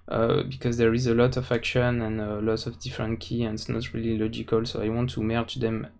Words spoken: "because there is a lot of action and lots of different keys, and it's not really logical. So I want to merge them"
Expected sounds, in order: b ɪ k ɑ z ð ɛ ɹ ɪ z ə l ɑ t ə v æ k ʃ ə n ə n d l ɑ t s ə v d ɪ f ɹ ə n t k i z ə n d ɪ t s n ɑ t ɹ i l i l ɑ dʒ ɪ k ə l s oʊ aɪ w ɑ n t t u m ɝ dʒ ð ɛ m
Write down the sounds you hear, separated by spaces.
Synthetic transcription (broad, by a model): b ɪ k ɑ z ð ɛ ɹ ɪ z ə l ɑ t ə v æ k ʃ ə n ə n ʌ l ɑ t ə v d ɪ f ɹ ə n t k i ə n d ɪ t s n ɑ t ɹ i l i l ɑ dʒ ɪ k ə l s oʊ aɪ w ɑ n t t u m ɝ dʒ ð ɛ m